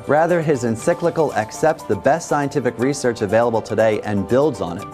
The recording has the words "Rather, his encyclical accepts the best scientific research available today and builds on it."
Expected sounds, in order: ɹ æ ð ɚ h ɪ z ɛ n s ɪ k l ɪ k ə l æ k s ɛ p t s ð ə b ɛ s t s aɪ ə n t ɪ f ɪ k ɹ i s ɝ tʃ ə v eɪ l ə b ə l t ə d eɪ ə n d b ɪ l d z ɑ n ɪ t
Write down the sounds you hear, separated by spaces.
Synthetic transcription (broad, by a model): ɹ æ ð ɚ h ɪ z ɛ n s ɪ k l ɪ k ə l æ k s ɛ p t s ð ə b ɛ s t s aɪ ə n t ɪ f ɪ k ɹ i s ɝ tʃ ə v eɪ l ə b l t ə d eɪ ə n b ɪ l d z n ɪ t